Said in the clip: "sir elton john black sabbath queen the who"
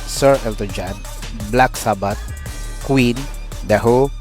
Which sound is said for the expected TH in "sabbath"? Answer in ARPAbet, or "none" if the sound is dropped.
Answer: T